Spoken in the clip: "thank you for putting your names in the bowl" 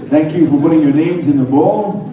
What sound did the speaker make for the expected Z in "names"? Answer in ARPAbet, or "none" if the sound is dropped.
Z